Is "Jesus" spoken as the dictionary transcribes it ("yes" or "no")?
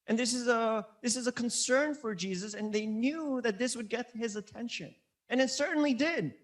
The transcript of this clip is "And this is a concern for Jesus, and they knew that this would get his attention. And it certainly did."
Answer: yes